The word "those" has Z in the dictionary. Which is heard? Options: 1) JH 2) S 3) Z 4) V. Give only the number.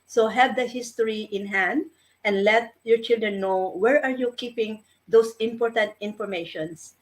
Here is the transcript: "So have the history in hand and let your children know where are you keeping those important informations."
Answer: 2